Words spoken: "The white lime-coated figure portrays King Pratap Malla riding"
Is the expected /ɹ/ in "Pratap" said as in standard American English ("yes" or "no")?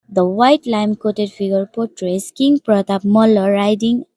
yes